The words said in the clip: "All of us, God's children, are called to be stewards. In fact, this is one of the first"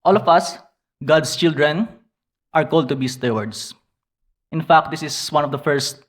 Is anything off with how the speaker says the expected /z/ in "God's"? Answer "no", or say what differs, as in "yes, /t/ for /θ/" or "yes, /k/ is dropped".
yes, /s/ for /z/